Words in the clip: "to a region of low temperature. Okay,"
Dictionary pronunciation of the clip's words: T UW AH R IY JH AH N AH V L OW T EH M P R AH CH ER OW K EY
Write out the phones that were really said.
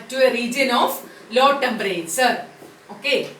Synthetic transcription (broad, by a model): T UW AH R IY JH AH N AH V L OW T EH M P R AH S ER OW K EY